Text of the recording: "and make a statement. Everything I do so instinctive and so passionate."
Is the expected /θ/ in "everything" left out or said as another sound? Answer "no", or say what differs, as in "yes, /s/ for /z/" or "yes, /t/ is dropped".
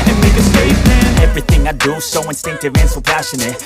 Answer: no